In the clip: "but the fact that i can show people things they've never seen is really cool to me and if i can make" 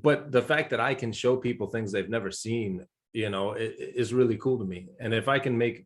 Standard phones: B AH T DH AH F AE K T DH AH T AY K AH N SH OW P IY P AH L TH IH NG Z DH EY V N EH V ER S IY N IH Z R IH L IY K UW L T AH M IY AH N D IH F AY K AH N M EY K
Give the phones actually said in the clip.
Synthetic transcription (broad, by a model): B AH T DH AH F AE K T DH AH T AY K AH N SH OW P IY P L TH IH NG Z DH EY V N EH V ER S IY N IH Z R IH L IY K UW L T AH M IY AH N IH F AY K AH N M EY K